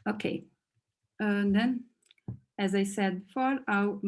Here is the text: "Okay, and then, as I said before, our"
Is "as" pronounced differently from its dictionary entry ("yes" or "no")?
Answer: no